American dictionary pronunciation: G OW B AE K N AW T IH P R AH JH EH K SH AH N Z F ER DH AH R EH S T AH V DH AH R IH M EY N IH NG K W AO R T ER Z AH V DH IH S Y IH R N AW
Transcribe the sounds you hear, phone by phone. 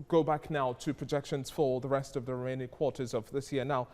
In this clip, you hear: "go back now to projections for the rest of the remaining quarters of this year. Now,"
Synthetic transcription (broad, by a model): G OW B AE K N AW T IH P R AH JH EH K SH AH N Z F ER DH AH R EH S T AH V DH AH R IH M EY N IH K W AO R T ER Z AH V DH IH S Y IH R N AW